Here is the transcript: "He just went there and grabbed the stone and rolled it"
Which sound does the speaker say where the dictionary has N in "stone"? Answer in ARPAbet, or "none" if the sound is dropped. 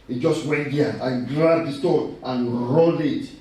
none